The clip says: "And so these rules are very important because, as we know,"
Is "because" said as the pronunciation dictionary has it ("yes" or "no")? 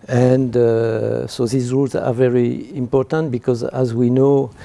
yes